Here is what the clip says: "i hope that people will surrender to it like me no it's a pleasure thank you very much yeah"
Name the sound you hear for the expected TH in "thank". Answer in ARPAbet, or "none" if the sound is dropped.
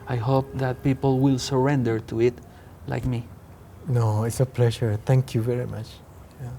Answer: T